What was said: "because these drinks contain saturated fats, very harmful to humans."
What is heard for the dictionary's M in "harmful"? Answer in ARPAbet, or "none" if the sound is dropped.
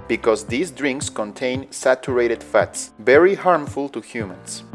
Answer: M